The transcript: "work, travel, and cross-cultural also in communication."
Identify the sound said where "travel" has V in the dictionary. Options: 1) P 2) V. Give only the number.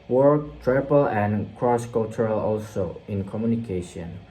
1